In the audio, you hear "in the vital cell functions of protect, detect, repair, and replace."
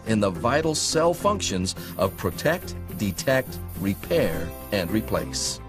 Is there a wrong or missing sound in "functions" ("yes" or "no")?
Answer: no